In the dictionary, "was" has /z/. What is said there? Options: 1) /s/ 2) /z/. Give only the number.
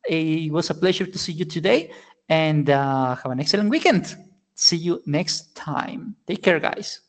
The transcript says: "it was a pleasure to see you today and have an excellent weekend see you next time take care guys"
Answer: 1